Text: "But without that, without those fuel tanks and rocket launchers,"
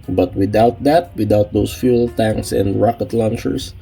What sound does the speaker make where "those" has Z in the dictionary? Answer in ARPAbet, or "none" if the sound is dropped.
S